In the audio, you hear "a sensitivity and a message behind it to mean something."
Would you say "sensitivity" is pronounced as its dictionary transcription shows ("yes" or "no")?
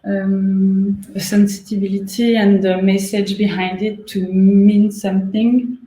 no